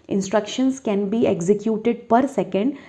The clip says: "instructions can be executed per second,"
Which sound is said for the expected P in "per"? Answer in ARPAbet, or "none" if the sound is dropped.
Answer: P